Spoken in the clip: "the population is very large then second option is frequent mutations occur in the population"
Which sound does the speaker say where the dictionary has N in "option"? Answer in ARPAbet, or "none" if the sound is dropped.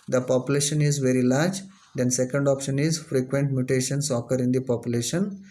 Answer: N